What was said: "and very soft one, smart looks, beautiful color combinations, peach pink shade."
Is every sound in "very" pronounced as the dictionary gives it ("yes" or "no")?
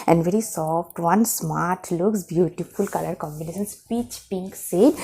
yes